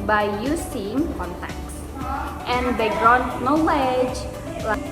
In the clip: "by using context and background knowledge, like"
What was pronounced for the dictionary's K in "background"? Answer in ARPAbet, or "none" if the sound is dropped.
none